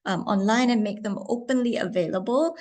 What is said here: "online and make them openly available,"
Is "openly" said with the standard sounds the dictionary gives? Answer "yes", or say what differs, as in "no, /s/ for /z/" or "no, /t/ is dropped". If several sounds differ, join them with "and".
yes